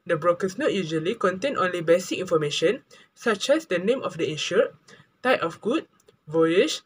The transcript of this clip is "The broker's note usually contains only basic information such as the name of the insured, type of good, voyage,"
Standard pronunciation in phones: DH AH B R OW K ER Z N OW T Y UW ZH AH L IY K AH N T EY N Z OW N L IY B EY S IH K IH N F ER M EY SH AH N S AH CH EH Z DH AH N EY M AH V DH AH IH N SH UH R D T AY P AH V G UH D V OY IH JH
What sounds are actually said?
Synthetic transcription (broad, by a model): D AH B R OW K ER S N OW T Y UW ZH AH L IY K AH N T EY N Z OW N L IY B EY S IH K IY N F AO M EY SH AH N S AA CH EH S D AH N EY M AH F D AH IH SH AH T AY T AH F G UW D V OY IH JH